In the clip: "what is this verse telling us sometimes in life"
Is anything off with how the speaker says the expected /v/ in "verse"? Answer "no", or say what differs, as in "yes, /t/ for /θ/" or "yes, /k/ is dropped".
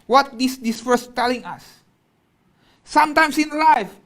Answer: yes, /f/ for /v/